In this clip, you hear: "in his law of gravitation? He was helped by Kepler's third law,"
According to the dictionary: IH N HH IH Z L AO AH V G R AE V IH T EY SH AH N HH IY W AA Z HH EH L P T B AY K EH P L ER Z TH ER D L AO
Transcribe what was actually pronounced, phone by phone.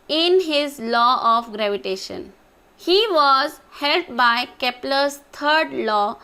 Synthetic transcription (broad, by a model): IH N HH IH Z L AO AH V G R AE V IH T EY SH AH N HH IY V AA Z HH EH L T B AY K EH P L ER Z T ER D L AO